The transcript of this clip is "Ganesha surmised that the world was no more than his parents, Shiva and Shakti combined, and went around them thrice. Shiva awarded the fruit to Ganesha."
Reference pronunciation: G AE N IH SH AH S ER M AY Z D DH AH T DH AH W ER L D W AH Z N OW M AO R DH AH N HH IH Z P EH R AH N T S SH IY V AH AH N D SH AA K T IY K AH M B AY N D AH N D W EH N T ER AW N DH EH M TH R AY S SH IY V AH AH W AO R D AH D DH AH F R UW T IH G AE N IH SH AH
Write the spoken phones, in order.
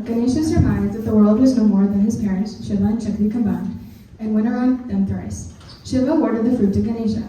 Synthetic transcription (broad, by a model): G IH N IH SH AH S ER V AY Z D DH AH T DH AH W ER L D W AH Z N OW M AO R DH AH N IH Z P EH R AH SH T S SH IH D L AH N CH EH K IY K AH M B AY N D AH N W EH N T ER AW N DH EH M TH R AY S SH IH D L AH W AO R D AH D DH AH F R UW T IH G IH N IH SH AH